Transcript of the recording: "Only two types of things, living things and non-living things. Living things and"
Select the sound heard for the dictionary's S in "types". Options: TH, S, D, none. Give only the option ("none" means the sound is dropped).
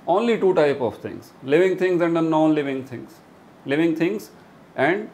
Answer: none